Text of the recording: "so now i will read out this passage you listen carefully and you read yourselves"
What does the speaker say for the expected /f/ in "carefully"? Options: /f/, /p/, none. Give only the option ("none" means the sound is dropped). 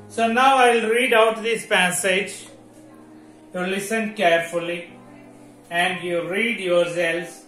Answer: /f/